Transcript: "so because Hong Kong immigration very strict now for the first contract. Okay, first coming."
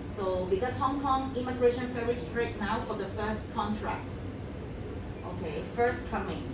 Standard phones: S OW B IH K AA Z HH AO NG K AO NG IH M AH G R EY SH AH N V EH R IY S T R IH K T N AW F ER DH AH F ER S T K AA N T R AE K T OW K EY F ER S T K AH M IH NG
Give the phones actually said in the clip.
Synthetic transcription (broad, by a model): S OW B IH K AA S HH AO NG K AO NG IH M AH G R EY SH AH N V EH R IY S T R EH T N AW F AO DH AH F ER S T K AA N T R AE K T OW K EY F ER S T K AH M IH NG